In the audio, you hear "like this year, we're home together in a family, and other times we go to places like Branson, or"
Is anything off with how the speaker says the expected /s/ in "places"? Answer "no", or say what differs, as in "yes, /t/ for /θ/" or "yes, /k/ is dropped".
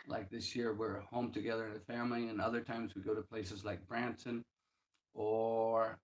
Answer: no